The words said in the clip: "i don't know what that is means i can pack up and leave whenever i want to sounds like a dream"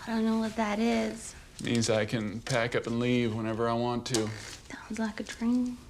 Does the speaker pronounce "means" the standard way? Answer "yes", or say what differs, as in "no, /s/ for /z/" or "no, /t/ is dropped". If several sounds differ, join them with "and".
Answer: yes